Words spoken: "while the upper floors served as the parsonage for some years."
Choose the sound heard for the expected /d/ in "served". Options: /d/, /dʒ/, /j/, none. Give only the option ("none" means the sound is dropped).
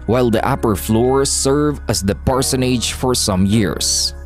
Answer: none